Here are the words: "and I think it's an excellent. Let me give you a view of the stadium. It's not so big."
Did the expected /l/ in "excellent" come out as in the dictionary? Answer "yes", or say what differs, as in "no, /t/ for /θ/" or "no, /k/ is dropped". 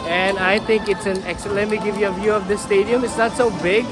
no, /l/ is dropped